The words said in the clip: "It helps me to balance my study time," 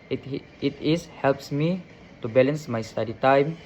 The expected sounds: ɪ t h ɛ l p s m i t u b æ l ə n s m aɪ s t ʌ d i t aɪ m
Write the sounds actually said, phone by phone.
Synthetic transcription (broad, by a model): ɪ t h ɛ l p s m i t u b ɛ l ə n s m aɪ s t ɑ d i t aɪ m